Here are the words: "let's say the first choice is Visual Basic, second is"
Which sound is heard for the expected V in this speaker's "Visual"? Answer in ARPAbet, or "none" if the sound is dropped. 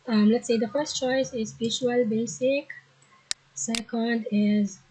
B